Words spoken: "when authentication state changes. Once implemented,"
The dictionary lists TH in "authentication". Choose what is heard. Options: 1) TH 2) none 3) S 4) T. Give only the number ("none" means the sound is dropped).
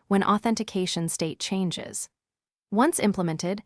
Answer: 1